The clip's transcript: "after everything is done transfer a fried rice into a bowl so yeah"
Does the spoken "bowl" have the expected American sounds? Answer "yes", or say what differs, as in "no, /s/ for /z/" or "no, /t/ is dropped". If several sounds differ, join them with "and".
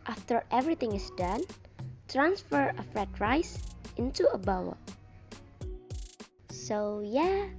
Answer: no, /w/ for /l/